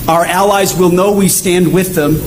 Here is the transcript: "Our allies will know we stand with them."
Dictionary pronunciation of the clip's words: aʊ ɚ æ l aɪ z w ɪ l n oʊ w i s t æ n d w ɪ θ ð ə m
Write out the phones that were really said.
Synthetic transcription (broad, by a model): aʊ ɚ æ l aɪ z w ɪ l n oʊ w i s t æ n d w ɪ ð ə m